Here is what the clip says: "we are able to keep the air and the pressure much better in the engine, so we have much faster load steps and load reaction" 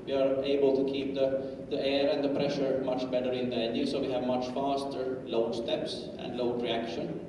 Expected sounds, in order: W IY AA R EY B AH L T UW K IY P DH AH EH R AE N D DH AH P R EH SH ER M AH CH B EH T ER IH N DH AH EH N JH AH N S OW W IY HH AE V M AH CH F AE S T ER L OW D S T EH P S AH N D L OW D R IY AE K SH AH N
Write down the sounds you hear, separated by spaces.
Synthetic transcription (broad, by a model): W IY AA R EY B AH L T UW K IY P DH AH EH R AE N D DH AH P R EH SH ER M AH CH B EH T ER IH N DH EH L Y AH S OW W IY HH AE V M AH CH F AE S T ER L OW D S T EH P S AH N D L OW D R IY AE K SH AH N